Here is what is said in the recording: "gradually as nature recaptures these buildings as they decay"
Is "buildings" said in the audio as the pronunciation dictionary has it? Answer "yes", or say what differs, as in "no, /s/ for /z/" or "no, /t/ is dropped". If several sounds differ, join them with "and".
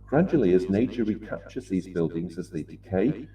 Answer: yes